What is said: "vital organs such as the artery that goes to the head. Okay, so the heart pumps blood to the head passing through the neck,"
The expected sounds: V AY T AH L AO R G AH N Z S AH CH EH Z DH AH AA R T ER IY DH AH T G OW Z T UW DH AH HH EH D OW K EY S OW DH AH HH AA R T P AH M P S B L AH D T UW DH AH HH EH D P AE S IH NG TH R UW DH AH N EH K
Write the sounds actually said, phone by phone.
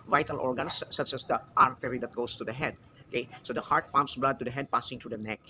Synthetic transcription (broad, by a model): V AY T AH L AO R G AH N S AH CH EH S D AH AA R T ER IY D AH T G OW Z T UW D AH HH EH D OW K EY S OW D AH HH AA R T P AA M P S B L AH D T UW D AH HH EH D P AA S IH NG T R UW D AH N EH K